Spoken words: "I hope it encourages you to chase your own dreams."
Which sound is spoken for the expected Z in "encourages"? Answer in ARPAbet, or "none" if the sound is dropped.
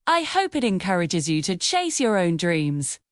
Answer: Z